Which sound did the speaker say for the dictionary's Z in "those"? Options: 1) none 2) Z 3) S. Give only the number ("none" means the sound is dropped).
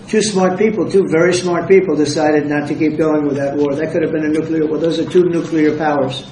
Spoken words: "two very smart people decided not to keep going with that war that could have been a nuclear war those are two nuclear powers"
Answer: 2